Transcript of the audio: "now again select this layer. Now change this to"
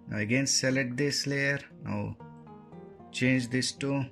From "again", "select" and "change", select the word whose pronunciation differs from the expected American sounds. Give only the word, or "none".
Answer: select